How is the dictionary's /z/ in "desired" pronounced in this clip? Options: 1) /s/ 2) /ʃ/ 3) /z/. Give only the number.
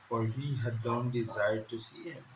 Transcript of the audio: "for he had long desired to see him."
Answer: 3